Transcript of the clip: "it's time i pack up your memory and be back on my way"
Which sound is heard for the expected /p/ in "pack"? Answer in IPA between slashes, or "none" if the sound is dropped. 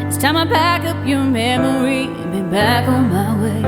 /b/